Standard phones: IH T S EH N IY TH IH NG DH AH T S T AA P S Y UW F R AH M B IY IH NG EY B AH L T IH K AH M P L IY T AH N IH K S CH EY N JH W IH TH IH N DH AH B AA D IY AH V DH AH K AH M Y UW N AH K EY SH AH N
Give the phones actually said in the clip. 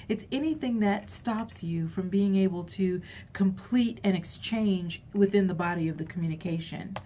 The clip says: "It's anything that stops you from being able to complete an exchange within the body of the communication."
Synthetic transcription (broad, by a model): IH T S EH N IY TH IH NG DH AH T S T AA P S Y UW F R AH M B IY IH NG EY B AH L T IH K AH M P L IY T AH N IH K S CH EY N JH W IH TH IH N DH AH B AA D IY AH V DH AH K M Y UW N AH K EY SH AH N